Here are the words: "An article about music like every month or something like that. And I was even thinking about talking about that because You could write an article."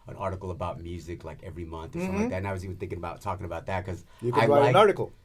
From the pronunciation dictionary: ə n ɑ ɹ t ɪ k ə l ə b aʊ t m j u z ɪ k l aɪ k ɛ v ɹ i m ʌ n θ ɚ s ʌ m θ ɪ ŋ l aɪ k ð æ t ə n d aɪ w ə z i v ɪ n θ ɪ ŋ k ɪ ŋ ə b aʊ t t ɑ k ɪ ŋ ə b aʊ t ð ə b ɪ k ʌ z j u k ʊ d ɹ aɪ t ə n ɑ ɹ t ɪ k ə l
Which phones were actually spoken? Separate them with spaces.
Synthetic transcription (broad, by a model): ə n ɑ ɹ t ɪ k l ə b aʊ t m j u z ɪ k l aɪ k ɛ v ɹ i m ʌ n θ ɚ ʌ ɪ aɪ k ð æ t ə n aɪ w ə z i v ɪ n θ ɪ ŋ k ɪ ŋ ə b aʊ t t ɑ k ɪ ŋ ə b aʊ t ð ə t k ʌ z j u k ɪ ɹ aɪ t ə n ɑ ɹ t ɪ k l